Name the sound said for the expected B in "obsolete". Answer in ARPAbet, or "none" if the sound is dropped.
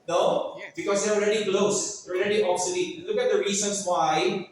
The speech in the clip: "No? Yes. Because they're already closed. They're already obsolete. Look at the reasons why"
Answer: none